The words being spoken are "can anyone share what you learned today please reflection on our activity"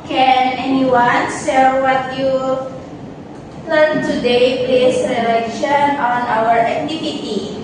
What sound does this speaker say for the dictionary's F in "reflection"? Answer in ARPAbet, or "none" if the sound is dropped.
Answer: none